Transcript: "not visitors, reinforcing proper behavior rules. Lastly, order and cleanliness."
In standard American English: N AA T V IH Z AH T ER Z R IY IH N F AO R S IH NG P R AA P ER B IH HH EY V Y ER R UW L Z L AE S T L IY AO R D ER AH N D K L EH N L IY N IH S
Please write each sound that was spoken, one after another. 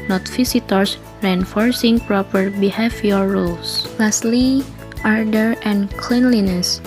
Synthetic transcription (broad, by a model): N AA T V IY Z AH T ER S R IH N F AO R S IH NG P R AA P ER B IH HH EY F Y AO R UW L S L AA S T L IY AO R D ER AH N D K L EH N L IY N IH S